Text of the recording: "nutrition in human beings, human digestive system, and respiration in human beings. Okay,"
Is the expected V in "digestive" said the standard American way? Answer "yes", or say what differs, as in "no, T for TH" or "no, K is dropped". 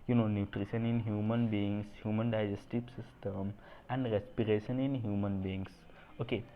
no, P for V